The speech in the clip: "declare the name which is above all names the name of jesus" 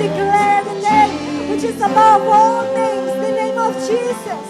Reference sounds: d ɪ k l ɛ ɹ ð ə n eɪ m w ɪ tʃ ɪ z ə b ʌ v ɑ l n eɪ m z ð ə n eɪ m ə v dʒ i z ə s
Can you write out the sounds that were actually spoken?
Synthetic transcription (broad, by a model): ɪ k l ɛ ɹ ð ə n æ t w ɪ tʃ ɪ z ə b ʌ w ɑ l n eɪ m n ð ə n eɪ m ə v dʒ i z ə s